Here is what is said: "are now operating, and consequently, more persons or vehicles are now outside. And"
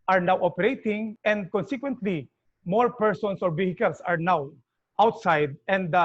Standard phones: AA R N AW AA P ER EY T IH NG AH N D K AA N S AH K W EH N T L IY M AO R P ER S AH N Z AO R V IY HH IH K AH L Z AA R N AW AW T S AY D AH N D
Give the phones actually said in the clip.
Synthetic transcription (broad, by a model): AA R N AW AA P ER EY T IH NG AH N D K AA N S AH K W EH N T L IY M AO R P ER S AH N S AO R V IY HH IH K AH L S AA R N AW AW T S AY D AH N D